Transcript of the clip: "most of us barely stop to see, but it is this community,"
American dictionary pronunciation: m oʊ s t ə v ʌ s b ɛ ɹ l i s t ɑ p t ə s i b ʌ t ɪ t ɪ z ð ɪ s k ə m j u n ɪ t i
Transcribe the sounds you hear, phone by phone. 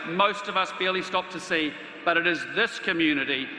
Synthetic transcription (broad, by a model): m oʊ s t ə v ʌ s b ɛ l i s t ɑ p t ə s i b ʌ t ɪ t ɪ z ð ɪ s k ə m j u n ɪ t i